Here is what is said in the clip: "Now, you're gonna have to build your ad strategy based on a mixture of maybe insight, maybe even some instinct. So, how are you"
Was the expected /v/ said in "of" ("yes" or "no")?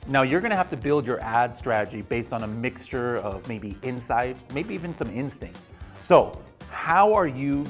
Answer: yes